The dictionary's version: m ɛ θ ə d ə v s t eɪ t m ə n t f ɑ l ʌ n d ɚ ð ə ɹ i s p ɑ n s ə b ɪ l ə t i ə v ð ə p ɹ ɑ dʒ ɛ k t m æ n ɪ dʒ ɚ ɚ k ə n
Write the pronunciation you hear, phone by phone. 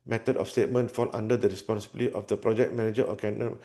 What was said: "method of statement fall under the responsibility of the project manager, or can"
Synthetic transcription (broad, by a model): m ɛ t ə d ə f s t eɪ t m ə n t f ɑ n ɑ n d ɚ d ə ɹ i s p ɑ n s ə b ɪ l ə t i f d ə p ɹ ɑ dʒ ɛ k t m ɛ n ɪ dʒ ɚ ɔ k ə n